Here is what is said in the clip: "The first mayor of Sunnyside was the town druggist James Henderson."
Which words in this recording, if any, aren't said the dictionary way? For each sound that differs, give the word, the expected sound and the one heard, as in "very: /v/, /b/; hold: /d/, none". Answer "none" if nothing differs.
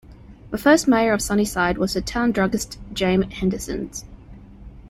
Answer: james: /z/, none